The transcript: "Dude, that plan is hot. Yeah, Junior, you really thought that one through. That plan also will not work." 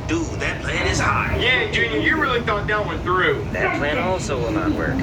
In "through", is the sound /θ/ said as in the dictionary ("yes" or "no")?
yes